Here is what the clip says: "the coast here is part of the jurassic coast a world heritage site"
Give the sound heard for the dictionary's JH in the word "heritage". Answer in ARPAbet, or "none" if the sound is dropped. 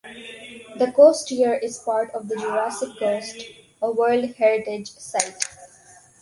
JH